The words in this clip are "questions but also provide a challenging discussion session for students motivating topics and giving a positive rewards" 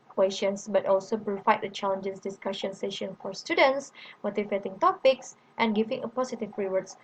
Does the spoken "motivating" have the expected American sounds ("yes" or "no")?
no